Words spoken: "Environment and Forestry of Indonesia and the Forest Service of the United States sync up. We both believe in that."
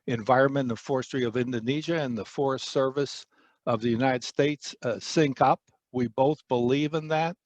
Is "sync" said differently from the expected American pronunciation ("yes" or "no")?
no